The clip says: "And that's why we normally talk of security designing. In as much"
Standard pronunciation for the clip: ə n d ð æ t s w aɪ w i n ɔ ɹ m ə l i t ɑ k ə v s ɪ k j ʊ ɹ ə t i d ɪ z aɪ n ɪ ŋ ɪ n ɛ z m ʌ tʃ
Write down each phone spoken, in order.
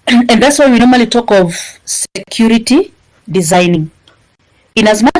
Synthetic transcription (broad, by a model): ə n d ð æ t s w aɪ w i n ɔ ɹ m ə l i t ɑ k ə v s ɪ k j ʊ ɹ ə t i d ɪ z aɪ n ɪ ŋ ɪ n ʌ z m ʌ